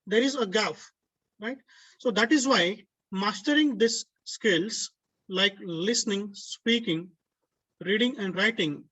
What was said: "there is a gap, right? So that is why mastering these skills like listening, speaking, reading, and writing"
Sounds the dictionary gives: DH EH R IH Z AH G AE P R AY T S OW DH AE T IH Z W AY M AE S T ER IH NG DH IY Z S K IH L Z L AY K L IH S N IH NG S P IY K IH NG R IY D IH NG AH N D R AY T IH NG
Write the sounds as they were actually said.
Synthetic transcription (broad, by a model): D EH R IH Z AH G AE F R AY T S OW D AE T IH Z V AY M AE S T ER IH NG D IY S K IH L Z L AY K L IH S N IH NG S P IY K IH NG R IY D IH NG AH N D R AY T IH NG